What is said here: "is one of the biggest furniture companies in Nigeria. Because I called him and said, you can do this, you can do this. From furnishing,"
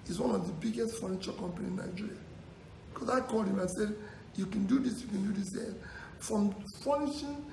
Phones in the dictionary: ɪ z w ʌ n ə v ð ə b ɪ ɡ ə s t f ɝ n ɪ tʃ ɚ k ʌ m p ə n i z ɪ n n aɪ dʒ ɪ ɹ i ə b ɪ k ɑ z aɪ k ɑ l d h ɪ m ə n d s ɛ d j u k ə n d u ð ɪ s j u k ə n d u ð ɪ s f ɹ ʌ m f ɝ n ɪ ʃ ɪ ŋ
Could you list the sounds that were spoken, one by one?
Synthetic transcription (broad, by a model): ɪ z w ʌ n ə v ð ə b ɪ ɡ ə s t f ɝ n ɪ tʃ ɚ k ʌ m p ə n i ɪ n n aɪ dʒ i ɹ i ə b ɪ k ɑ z aɪ k ɑ l d h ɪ m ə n s ɛ d j u k ə n d u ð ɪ s j u k ə n d u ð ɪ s f ɹ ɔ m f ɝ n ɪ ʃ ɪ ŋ